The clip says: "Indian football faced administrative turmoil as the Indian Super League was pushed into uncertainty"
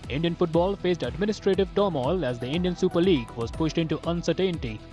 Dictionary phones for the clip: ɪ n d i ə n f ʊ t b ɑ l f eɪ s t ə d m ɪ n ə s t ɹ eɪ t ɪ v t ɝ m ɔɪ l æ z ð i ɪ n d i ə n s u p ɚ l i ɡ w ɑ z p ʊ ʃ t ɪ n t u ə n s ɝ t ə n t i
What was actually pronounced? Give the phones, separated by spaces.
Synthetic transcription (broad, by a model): ɪ n d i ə n f ʊ t b ɑ l f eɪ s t ə d m ɪ n ə s t ɹ eɪ t ɪ v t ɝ m ɔɪ l æ z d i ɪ n d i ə n s u p ɚ l i ɡ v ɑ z p ʊ ʃ t ɪ n t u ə n s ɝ t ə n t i